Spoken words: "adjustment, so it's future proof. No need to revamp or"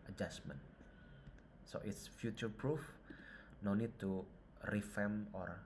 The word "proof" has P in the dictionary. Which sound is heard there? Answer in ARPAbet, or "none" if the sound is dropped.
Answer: P